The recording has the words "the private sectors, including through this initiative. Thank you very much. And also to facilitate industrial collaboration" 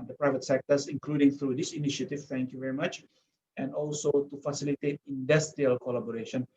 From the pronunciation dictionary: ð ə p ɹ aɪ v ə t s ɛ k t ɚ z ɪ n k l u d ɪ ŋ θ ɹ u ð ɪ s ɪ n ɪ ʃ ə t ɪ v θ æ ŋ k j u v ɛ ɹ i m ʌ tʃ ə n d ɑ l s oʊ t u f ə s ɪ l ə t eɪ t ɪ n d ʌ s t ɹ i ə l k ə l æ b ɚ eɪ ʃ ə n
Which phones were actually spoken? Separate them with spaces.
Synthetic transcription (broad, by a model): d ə p ɹ aɪ v ə t s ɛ k t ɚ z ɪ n k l u d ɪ ŋ t ɹ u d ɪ s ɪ n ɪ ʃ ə t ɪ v t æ ŋ k j u v ɛ ɹ i m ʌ tʃ ə n d ɑ l s oʊ t u f ə s ɪ l ə t eɪ t ɪ n d ʌ s t ɹ i ə l k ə l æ b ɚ eɪ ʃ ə n